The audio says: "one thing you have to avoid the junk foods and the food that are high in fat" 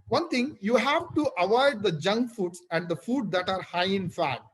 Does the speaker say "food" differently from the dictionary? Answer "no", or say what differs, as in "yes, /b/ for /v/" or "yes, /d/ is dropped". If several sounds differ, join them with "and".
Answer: no